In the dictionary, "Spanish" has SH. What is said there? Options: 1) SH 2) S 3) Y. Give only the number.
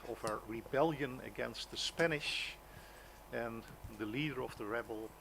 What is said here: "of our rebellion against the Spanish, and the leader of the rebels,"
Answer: 1